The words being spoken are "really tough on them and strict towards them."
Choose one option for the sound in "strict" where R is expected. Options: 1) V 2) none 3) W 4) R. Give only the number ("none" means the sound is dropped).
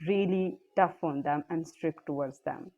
4